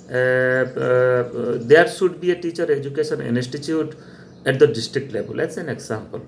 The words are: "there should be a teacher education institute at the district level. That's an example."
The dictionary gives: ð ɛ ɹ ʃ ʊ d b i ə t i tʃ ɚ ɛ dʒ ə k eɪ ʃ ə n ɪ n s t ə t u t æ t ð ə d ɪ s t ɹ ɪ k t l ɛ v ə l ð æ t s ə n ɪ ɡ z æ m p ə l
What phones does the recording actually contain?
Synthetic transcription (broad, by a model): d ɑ ɹ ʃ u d b i ə t i tʃ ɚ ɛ dʒ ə k eɪ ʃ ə n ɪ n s t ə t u t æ t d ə d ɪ s t ɹ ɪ k t l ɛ b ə l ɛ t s ə n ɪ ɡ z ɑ m p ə l